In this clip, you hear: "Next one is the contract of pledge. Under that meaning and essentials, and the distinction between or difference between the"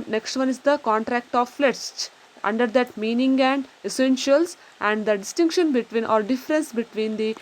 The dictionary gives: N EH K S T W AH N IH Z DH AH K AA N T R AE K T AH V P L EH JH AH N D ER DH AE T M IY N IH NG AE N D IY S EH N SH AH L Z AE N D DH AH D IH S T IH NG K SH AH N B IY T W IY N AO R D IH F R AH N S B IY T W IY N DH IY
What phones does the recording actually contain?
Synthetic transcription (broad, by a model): N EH K S T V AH N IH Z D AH K AA N T R AE K T AH V F L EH CH AH N D ER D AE T M IY N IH NG AE N D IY S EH N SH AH L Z AE N D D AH D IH S T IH NG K SH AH N B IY T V IY N AO R D IH F R AH N S B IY T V IY N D IY